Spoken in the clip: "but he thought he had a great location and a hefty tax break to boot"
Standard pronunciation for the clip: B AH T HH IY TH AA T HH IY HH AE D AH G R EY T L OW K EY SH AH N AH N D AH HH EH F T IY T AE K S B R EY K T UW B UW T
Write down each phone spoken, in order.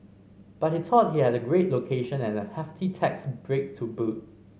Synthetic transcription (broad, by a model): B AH T HH IY T AA T HH IY HH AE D AH G R EY T L OW K EY SH AH N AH N AH HH EH F T IY T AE K S B R EY K T UW B UW T